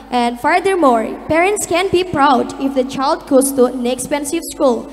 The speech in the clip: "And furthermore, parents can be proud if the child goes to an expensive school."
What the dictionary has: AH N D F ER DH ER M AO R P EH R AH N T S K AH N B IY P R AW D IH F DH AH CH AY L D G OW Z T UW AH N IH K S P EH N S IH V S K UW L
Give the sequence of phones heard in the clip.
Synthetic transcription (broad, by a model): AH N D F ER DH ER M AO R P EH R AH N T S K AH N B IY P R AW D IH F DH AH CH AY L D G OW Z T UW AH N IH K S P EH N S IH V S K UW L